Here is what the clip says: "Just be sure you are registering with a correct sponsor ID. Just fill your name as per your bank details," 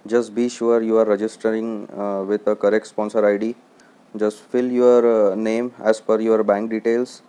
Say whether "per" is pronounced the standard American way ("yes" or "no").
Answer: no